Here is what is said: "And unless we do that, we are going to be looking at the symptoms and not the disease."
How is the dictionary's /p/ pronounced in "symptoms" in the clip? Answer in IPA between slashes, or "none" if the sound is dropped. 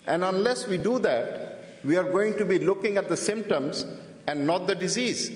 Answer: /p/